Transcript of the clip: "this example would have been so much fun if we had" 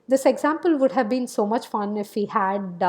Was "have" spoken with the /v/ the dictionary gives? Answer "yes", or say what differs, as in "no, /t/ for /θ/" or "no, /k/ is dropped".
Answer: yes